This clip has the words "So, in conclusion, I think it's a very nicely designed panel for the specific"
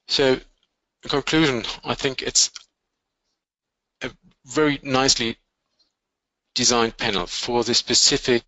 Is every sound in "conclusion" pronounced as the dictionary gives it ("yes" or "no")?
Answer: yes